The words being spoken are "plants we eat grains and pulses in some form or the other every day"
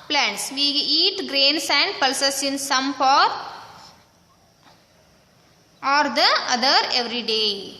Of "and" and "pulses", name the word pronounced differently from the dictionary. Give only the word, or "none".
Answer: pulses